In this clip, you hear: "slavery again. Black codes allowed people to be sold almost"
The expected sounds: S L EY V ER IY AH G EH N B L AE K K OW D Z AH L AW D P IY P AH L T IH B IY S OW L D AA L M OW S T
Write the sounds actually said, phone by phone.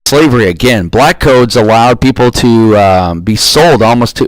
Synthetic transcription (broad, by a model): S L EY V ER IY AH G EH N B L AE K K OW D Z AH L AW D P IY P L T IH B IY S OW L D AA L M OW S T